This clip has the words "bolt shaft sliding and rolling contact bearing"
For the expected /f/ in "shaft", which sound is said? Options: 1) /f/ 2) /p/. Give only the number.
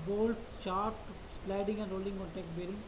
2